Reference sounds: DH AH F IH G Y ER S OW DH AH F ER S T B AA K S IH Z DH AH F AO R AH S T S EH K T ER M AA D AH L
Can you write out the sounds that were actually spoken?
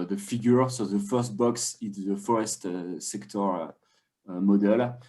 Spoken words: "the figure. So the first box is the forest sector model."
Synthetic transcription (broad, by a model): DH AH F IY G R S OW DH AH F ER S T B AA K S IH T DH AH F AO R AH S T S EH K T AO M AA D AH L